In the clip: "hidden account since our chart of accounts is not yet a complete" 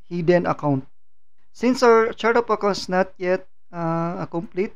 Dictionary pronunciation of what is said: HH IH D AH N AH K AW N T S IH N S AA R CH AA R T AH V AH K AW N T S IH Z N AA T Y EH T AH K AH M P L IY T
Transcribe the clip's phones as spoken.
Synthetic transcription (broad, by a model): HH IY D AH N AH K AW N T S IH N S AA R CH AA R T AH P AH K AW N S N AA T Y EH T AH K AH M P L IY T